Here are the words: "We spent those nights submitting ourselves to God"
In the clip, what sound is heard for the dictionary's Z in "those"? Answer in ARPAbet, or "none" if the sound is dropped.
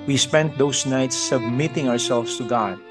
S